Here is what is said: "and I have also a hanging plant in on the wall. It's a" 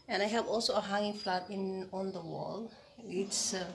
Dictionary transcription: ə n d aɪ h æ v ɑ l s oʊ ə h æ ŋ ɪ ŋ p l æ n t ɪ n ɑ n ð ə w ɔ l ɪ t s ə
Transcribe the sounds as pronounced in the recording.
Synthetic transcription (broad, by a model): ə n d aɪ h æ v ɑ l s oʊ ə h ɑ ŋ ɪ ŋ f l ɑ t ɪ n ɑ n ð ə w ɔ l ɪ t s